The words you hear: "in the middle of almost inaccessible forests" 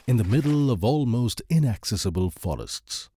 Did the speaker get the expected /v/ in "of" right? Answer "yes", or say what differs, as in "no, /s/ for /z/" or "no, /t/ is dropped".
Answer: yes